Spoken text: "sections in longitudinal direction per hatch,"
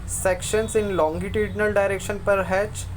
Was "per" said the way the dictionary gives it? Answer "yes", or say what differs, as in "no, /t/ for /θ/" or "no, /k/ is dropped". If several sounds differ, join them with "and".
yes